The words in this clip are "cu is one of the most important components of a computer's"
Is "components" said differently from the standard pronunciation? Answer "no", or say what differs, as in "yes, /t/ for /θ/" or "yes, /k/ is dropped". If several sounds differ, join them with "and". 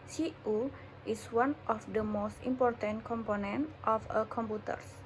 yes, /s/ is dropped